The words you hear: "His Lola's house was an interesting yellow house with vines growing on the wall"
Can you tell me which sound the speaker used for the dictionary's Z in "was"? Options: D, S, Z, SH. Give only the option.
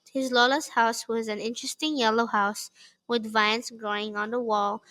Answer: Z